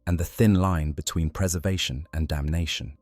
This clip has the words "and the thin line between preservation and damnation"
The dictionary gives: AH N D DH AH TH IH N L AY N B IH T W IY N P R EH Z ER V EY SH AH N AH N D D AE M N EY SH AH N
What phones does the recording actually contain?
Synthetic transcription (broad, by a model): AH N DH AH TH IH N L AY N B IH T W IY N P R EH Z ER V EY SH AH N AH N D D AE M N EY SH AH N